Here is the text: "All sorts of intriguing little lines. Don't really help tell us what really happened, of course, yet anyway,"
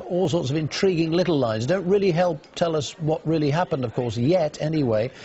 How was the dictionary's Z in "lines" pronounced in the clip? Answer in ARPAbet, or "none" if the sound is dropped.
Z